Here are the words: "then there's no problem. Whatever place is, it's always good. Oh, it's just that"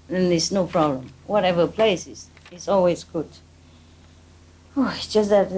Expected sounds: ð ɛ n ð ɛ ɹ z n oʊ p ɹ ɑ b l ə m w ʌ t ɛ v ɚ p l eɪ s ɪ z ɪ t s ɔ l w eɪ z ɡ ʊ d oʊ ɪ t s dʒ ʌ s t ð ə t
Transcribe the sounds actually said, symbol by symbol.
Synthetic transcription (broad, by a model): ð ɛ n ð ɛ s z n oʊ p ɹ ɑ b l ə m w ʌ t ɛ v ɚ p l eɪ s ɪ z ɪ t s ɔ l w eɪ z ɡ ʊ d oʊ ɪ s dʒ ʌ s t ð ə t